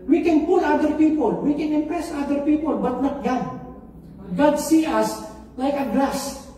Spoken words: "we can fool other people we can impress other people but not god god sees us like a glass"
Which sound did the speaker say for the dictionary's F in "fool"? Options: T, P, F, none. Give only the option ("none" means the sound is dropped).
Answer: P